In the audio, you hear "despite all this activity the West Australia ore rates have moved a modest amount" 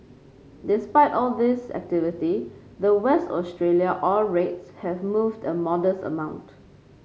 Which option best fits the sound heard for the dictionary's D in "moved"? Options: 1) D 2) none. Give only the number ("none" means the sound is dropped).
1